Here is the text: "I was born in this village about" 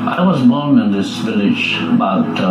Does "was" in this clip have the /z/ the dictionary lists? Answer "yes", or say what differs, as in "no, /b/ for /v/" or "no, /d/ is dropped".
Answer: yes